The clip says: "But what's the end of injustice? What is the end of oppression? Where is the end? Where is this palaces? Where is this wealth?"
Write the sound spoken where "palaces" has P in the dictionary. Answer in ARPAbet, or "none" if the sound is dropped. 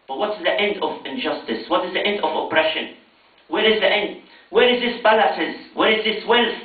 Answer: B